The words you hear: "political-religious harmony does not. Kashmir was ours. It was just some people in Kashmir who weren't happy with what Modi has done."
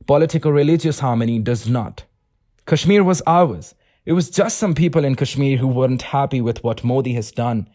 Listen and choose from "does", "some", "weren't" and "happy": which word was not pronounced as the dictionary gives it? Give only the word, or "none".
none